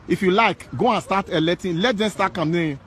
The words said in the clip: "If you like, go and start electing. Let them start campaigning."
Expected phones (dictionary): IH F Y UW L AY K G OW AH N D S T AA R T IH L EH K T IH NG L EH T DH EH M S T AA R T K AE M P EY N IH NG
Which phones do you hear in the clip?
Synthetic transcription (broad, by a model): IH F Y UW L AY K G OW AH N S T AA T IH L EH T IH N L EH T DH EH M S T AA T K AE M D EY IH